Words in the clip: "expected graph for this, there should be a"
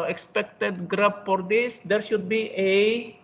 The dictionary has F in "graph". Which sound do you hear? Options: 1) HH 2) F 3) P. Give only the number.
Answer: 3